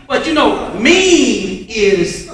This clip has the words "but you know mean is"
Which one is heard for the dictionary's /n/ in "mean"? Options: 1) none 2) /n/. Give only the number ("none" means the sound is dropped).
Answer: 1